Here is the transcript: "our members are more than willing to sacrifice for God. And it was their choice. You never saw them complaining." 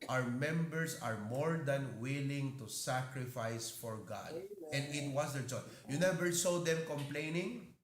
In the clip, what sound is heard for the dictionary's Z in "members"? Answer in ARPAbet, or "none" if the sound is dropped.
S